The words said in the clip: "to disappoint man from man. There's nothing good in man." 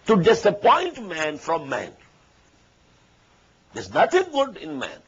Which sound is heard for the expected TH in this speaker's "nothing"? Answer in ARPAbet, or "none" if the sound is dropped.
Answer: T